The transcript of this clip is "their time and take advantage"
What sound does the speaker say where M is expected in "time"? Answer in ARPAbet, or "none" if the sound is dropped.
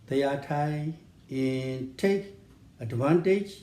none